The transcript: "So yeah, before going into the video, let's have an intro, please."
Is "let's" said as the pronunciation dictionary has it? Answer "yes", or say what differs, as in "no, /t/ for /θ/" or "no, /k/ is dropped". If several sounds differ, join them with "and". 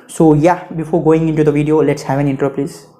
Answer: yes